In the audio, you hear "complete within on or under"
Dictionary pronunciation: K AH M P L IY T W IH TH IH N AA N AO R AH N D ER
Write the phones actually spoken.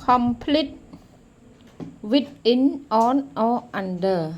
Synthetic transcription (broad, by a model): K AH M P L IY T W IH T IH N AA N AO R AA N D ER